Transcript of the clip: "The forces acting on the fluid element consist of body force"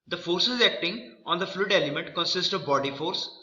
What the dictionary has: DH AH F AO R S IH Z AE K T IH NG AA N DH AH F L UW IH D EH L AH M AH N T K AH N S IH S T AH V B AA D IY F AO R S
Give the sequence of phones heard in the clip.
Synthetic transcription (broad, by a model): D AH F AO R S IH Z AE K T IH NG AA N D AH F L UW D EH L AH M AH N T K AH N S IH S T AH V B AA D IY F AO R S